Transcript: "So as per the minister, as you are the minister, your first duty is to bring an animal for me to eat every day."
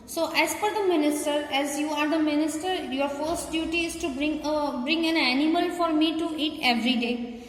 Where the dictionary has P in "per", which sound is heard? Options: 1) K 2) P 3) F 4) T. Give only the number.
3